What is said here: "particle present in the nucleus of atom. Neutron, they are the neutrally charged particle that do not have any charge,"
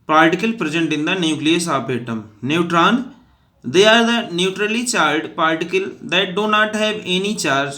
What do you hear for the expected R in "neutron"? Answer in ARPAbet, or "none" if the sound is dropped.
R